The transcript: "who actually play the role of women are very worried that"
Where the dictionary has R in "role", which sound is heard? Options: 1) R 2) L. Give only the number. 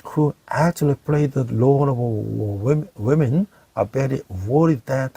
2